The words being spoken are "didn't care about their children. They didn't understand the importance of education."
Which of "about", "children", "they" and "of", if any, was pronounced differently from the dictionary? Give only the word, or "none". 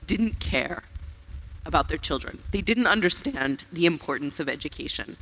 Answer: none